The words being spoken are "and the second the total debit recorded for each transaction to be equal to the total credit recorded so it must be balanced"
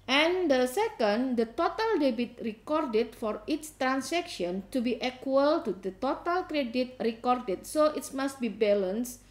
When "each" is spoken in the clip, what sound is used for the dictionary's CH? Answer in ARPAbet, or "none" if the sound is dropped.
S